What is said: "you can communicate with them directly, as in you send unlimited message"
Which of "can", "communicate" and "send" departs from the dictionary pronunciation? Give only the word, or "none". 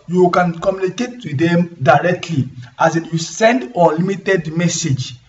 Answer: none